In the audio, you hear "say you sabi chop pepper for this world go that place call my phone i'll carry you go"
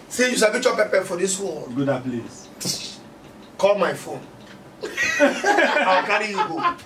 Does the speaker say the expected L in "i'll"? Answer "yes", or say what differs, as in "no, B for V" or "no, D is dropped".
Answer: no, W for L